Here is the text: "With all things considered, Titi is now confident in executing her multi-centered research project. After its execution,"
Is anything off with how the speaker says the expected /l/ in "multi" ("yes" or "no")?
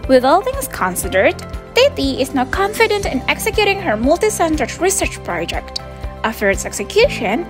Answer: no